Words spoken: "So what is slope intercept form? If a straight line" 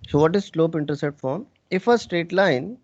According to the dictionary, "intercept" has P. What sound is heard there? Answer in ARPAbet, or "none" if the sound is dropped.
none